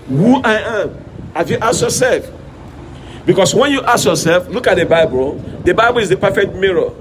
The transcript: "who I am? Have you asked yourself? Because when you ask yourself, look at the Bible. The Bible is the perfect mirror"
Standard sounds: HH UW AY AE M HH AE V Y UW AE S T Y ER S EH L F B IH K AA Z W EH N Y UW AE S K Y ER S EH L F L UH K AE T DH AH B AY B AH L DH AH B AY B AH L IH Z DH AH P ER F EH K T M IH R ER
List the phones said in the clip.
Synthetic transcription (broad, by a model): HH UW AY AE M HH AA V Y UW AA S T Y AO S EH L F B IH K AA S W EH N Y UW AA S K Y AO S EH L F L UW K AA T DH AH B AY B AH L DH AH B AY B AH L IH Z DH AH P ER F EH K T M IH R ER